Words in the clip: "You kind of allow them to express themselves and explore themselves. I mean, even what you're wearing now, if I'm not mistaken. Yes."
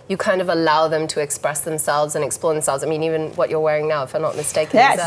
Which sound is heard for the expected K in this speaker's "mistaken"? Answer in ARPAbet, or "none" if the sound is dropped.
none